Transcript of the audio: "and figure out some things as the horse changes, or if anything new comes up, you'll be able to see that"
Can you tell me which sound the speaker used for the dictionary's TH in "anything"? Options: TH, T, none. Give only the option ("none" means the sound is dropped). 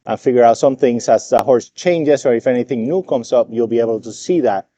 TH